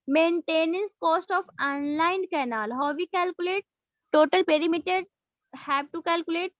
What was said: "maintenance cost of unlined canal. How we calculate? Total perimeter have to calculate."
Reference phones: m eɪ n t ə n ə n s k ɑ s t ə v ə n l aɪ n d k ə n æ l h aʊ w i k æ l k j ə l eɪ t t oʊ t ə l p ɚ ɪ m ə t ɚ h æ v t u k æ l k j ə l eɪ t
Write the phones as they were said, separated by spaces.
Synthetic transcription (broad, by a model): m eɪ n t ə n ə n s k ɑ s t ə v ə n l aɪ n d k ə n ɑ l h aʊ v i k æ l k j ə l eɪ t t oʊ t ə l p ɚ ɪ m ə t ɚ h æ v t u k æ l k j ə l eɪ t